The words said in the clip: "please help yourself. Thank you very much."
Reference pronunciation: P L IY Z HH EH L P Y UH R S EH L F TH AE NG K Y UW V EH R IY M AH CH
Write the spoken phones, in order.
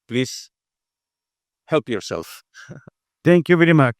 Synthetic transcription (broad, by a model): P L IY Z HH EH L P Y UH R S EH L F T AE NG K Y UW V EH R IY M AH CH